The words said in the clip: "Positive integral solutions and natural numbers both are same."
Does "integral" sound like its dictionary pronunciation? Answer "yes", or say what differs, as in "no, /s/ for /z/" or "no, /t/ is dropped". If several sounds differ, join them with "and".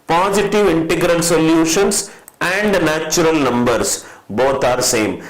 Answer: yes